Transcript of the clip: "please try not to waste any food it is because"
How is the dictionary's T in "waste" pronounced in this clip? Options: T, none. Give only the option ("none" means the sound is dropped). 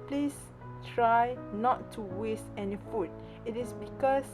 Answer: T